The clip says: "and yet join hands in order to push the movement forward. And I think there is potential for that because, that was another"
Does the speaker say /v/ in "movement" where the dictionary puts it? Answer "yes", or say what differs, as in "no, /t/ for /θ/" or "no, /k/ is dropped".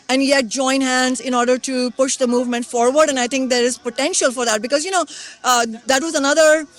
yes